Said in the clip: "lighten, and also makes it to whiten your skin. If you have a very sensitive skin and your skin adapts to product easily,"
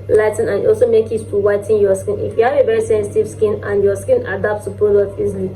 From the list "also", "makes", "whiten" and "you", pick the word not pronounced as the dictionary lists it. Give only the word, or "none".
makes